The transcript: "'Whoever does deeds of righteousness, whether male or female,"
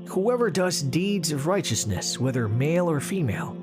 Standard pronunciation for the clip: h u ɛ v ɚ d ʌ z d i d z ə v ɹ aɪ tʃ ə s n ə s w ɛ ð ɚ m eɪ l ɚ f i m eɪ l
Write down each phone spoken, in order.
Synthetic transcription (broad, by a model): h u ɛ v ɚ d ʌ z d i d z ə v ɹ aɪ tʃ ə s n ə s w ɛ ð ɚ m eɪ l ɚ f i m eɪ l